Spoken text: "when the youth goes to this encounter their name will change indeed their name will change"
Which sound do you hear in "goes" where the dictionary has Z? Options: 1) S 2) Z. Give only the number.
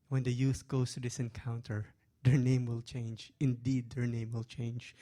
1